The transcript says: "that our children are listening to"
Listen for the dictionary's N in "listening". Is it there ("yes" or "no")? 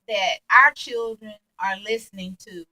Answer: yes